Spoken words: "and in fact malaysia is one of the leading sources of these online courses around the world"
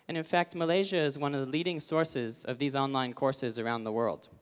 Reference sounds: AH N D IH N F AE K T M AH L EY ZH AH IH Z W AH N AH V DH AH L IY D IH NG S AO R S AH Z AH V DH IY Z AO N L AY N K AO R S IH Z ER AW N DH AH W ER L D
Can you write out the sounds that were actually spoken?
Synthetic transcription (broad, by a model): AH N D IH N F AE K T M AH L EY ZH AH IH Z W AH N AH V DH AH L IY D IH NG S AO R S AH Z AH V DH IY Z AO N L AY N K AO R S IH Z ER AW N DH AH W ER L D